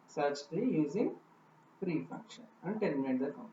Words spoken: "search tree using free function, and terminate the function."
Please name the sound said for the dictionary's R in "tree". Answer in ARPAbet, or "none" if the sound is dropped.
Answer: none